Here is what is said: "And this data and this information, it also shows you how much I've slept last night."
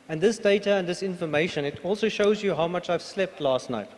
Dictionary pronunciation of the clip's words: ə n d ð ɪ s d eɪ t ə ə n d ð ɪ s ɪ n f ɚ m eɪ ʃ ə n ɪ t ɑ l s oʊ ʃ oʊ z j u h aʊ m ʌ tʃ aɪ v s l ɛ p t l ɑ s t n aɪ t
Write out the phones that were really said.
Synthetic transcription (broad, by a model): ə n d ð ɪ s d eɪ t ə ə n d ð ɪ s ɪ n f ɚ m eɪ ʃ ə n ɪ t ɑ l s oʊ ʃ oʊ z j u h aʊ m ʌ tʃ aɪ v s l ɛ p t l ɑ s t n aɪ t